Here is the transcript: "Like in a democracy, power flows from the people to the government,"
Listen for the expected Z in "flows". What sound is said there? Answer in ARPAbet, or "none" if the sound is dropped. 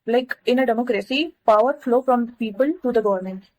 none